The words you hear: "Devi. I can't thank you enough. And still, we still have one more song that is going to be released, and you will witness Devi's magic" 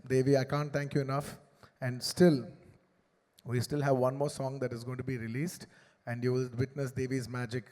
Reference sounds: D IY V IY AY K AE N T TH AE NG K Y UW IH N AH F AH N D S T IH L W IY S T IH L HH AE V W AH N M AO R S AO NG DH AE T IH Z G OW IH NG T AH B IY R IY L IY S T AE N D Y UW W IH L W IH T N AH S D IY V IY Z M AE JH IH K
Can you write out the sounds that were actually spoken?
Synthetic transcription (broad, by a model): D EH V IY AY K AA N T T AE NG K Y UW IH N AH F AH N D S T IH L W IY S T IH L HH AE V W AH N M AO R S AO NG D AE T IH Z G OW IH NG T AH B IY R IY L IY S T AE N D Y UW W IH L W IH T N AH S D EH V IY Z M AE JH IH K